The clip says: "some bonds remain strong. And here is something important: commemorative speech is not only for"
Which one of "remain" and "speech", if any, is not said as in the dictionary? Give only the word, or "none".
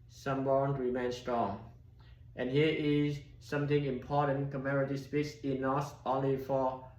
speech